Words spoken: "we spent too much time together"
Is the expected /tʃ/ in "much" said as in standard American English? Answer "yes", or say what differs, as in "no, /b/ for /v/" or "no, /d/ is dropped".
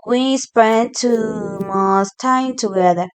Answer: no, /s/ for /tʃ/